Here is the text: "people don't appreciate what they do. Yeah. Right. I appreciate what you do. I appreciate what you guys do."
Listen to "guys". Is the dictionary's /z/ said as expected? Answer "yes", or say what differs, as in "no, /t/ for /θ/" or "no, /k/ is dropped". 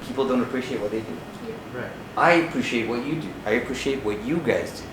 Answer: yes